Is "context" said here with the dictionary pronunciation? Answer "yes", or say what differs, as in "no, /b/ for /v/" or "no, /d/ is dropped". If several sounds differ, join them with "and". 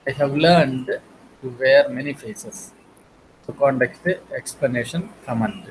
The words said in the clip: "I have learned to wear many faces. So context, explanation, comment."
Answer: no, /s/ is dropped